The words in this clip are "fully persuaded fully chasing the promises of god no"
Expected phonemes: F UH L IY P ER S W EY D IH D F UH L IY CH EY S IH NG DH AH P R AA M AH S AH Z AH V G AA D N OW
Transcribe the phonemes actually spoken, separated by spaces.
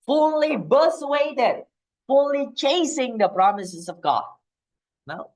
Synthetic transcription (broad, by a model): F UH L IY B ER S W EY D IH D F UH L IY CH EY S IH NG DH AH P R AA M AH S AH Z AH V G AA D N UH